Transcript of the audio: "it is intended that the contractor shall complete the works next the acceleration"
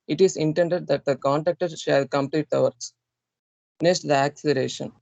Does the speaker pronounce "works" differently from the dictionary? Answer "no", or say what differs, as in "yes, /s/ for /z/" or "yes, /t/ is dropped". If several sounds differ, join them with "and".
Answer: yes, /k/ is dropped